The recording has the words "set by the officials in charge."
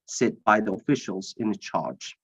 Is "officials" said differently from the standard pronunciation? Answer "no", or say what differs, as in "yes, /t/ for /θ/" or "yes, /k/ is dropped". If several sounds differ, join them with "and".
no